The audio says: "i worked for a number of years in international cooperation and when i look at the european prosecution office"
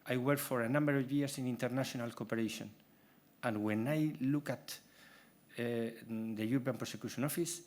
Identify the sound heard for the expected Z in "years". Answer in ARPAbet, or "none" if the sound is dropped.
S